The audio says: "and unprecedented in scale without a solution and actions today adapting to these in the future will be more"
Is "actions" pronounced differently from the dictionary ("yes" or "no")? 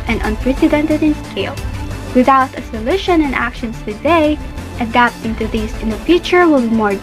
yes